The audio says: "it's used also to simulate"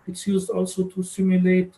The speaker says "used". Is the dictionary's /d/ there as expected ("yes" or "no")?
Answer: yes